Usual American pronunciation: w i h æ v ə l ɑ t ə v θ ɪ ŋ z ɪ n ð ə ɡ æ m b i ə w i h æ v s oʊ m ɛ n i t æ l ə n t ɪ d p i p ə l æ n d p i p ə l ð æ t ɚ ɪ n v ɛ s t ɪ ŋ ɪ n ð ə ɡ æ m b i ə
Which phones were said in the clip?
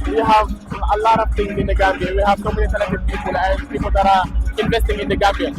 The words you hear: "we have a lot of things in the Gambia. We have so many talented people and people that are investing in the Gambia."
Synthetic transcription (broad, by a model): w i h æ v ə l ɑ t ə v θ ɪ ŋ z ɪ n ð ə ɡ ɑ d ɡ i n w i h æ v s oʊ m ɛ n i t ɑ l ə t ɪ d p i p ə l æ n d p i p ə l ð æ t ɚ ɪ n v ɛ s t ɪ ŋ ɪ n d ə ɡ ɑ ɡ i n